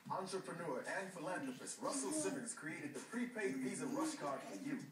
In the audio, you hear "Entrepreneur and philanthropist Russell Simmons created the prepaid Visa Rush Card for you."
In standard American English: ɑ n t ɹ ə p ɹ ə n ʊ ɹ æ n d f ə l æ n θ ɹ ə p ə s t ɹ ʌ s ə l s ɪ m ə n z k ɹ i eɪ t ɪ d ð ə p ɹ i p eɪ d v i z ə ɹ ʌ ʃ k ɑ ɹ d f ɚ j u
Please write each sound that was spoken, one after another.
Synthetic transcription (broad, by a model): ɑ n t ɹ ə p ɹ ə n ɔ ɹ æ n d f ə l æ n t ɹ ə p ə s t ɹ ʌ s l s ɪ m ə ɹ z k ɹ i eɪ t ɪ d ð ə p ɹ i p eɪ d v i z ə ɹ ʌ s k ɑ ɹ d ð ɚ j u